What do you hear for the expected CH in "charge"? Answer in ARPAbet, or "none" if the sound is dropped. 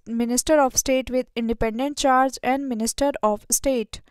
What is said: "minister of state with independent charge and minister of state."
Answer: CH